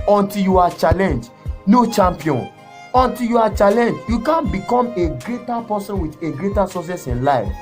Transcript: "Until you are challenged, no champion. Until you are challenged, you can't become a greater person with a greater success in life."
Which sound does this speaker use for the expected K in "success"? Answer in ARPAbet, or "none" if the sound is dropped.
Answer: none